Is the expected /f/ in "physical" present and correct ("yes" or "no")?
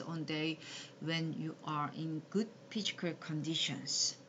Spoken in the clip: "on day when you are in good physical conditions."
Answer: no